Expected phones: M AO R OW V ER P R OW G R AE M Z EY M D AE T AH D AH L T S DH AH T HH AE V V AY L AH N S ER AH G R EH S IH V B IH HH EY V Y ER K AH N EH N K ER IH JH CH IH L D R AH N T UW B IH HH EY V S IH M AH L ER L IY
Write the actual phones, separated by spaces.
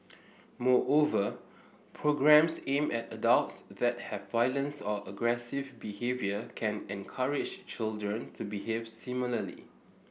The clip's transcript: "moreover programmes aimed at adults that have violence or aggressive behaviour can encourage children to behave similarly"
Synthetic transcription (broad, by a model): M AO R OW V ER P R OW G R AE M S EY M EH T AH D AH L T S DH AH T HH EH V V AY L AH N S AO AH G R EH S IH V B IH HH EY V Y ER K AH N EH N K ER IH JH CH IH L D R AH N T UW B IH HH EY V S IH M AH L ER L IY